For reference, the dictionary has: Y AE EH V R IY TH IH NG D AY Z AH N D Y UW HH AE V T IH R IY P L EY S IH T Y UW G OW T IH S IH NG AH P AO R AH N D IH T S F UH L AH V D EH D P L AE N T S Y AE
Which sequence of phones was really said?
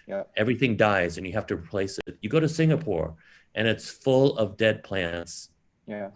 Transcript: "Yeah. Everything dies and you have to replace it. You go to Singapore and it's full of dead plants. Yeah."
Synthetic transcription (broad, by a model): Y EH V R IY TH IH NG D AY Z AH N Y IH HH AE F T IH R IY P L EY S IH T Y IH G OW T IH S IH NG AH P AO R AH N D IH T S F UH L AH V D EH D P L AE N T S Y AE